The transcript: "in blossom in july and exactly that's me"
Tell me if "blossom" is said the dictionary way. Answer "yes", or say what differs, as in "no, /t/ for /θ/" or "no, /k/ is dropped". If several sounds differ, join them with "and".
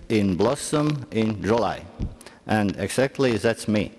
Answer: yes